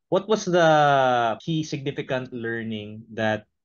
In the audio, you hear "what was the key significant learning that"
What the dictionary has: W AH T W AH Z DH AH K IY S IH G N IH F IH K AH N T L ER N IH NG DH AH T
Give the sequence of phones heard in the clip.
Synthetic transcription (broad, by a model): W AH T W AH S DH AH K IY S IH G N IH F IH K AH N T L ER N IH NG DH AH T